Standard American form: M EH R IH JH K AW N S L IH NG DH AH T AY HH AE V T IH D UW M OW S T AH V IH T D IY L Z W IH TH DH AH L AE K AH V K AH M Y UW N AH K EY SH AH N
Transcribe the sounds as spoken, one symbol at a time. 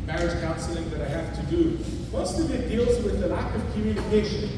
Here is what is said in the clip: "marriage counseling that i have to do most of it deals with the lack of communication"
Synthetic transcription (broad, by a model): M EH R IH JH K AW N S L IH NG DH AH T AY HH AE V T IH D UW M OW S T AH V IH T D IY L Z W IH DH AH L AE K AH V K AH M Y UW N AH K EY SH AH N